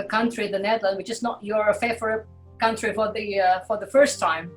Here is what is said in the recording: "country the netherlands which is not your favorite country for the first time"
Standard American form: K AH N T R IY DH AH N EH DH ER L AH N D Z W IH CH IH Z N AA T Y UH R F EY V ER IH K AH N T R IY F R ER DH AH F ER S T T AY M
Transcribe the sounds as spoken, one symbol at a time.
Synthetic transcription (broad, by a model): K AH N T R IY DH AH N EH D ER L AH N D W IH CH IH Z N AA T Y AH R F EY F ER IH K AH N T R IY F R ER DH AH F ER S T T AY M